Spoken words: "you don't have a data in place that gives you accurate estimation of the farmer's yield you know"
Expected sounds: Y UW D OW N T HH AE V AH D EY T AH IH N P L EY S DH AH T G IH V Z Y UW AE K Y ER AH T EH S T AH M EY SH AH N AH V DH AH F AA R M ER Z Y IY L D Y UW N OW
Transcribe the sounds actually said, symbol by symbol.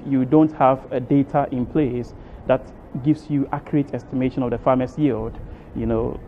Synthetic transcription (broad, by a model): Y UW D OW N T HH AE V AH D EY T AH IH N P L EY S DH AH T G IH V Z Y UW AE K Y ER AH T EH S T AH M EY SH AH N AH V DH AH F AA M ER S Y IY L D Y UW N OW